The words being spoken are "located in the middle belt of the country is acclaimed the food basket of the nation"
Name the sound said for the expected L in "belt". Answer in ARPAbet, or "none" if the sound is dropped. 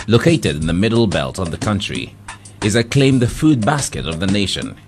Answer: L